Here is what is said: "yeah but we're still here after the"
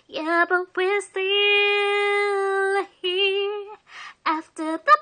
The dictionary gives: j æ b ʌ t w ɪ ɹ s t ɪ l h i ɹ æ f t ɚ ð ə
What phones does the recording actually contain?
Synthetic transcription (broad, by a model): j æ b ʌ t w ɪ ɹ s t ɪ l h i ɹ æ f t ɚ ð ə